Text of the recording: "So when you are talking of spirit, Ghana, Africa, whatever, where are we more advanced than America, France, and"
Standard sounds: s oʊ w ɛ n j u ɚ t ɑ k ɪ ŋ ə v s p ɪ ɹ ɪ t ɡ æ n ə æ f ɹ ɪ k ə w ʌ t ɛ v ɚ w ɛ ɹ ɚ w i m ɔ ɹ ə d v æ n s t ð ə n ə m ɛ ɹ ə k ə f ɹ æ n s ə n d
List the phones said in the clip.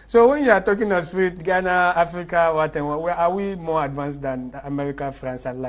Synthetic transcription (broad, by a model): s oʊ w ɛ n j u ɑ t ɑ k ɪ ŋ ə s p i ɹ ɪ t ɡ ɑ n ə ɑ f ɹ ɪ k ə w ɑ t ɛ w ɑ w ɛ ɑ w i m ɔ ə d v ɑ n s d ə n ə m ɛ ɹ ə k ə f ɹ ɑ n s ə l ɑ